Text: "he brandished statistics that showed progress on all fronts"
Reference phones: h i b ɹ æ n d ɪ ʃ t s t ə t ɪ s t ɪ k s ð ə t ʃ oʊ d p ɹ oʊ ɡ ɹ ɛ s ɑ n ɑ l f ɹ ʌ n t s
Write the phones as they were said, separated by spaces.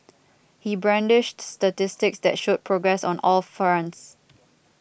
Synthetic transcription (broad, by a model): h i b ɹ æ n d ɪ ʃ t s t ə t ɪ s t ɪ k s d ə t ʃ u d p ɹ oʊ ɡ ɹ ɛ s ɑ n ɑ l f ʌ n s